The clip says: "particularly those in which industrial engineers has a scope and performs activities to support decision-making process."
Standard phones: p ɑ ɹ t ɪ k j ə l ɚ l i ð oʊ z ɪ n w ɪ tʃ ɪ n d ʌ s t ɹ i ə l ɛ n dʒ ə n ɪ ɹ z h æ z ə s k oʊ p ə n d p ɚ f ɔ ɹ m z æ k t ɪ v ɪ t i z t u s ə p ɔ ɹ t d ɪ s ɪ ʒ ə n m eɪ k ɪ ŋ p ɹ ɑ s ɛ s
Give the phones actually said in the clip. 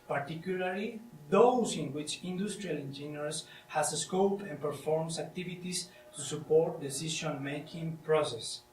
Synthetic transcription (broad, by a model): p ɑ ɹ t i k j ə l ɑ l i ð oʊ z ɪ n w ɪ tʃ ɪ n d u s t ɹ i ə l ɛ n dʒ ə n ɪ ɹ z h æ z ə s k oʊ p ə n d p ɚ f ɔ ɹ m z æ k t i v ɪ t i s t u s ə p ɔ ɹ t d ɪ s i ʃ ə n m eɪ k ɪ ŋ p ɹ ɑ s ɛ s